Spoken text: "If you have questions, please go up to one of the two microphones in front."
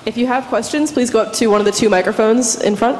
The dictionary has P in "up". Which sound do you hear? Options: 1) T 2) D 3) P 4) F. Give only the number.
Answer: 3